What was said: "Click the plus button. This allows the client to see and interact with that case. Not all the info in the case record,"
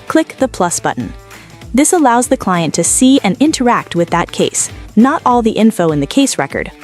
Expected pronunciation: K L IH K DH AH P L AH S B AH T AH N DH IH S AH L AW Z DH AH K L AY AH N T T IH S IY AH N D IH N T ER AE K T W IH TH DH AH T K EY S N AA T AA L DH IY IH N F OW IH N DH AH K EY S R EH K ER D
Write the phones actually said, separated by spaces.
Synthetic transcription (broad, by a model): K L IH K DH AH P L AH S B AH T N DH IH S AH L AW Z DH AH K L AY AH N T T IH S IY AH N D IH N T ER AE K T W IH DH AH T K EY S N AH T AA L DH IY IH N F OW IH N DH AH K EY S R EH K ER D